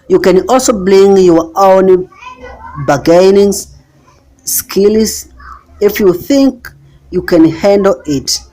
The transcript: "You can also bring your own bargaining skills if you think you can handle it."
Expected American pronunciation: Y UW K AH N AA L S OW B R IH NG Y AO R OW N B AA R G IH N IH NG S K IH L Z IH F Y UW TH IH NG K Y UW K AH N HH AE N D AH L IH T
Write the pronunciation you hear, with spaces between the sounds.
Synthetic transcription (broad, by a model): Y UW K AH N AA L S OW B L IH NG Y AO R OW N B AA G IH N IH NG S K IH L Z IH F Y UW TH IH NG K Y UW K AH N HH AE N D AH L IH T